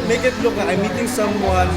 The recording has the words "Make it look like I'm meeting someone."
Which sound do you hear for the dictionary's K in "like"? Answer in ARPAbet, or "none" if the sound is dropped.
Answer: none